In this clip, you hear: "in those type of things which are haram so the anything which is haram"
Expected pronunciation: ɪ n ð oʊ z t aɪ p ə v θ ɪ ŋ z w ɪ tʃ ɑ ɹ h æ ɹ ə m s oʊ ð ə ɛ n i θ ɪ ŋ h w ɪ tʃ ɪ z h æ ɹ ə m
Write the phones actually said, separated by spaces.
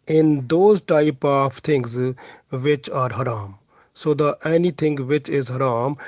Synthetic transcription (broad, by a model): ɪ n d oʊ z t aɪ p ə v t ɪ ŋ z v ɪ tʃ ɑ ɹ h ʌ ɹ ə m s oʊ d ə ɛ n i t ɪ ŋ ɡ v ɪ tʃ ɪ z h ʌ ɹ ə m